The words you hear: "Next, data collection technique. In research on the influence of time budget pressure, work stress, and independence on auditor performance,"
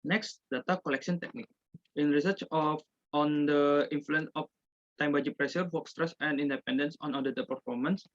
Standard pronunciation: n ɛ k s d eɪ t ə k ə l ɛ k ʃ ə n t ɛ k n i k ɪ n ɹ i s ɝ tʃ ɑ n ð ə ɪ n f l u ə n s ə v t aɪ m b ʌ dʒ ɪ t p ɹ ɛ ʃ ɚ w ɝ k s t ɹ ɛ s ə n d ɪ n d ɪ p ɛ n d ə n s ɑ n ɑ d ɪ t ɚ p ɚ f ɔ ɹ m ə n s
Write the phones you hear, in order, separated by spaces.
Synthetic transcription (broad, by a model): n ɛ k s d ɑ t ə k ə l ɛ k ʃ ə n t ɛ k n i k ɪ n ɹ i s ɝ tʃ ɑ n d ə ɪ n f l u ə n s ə f t aɪ m b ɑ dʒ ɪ p ɹ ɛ s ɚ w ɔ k s t ɹ ɛ s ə n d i n d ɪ p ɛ n d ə n s ɑ n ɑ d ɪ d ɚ p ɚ f ɔ ɹ m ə n s